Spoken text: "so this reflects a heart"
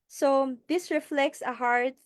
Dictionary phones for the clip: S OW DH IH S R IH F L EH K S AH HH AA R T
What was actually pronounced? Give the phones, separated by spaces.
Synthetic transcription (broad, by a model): S OW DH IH S R IH F L EH K S AH HH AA R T